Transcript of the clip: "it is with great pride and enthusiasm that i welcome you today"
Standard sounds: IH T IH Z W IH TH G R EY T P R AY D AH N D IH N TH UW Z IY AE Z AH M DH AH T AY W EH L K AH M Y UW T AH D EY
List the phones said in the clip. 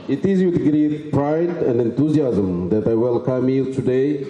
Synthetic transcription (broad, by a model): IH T IH Z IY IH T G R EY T P R AY D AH N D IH N T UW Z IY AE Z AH M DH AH T AY W EH L K AH M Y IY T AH D EY